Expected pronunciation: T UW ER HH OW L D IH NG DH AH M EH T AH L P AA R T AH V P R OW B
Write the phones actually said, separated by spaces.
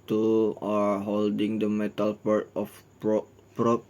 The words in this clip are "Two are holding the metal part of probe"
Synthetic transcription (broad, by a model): T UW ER HH OW L D IH NG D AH M EH T AH L P AA R T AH P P R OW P